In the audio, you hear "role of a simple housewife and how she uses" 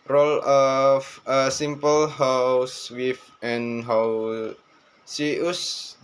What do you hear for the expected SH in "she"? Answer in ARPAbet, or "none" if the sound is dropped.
S